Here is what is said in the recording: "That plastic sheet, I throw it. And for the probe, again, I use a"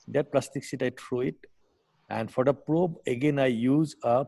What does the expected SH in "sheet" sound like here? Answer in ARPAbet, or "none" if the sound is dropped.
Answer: S